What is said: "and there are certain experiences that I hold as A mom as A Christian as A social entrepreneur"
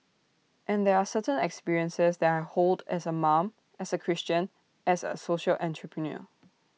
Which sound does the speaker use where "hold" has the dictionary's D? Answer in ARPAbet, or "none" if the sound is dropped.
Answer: D